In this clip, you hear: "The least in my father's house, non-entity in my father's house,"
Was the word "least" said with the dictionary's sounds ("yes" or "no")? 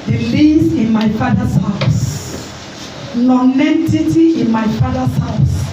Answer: no